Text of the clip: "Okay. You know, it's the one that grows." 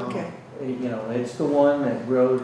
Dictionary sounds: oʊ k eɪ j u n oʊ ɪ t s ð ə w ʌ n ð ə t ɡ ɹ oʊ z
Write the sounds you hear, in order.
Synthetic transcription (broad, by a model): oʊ k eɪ j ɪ n oʊ ɪ t s ð ə w ʌ n ð ə t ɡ ɹ oʊ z